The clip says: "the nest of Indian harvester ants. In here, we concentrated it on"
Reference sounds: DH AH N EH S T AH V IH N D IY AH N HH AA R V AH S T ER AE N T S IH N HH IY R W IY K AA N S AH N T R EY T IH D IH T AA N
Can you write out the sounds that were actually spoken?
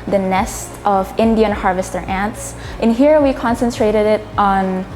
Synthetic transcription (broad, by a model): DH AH N EH S T AH V IH N D IY AH N HH AA R V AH S T ER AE N T S IH N HH IY R W IY K AA N S AH N T R EY T IH D IH T N